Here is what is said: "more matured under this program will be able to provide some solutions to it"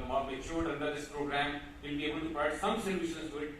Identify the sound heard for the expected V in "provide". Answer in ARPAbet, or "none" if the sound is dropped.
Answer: none